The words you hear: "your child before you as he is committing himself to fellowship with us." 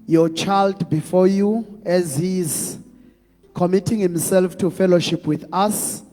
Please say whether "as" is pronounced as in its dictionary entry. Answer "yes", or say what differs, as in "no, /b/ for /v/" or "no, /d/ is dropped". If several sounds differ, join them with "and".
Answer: yes